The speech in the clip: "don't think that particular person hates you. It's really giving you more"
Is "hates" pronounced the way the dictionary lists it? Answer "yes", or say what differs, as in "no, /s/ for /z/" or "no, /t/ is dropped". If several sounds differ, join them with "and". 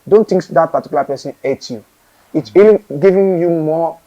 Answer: no, /s/ is dropped